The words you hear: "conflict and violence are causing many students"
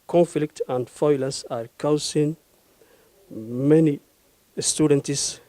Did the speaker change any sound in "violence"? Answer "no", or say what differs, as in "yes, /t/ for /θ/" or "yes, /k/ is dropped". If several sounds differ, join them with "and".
yes, /f/ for /v/ and /n/ is dropped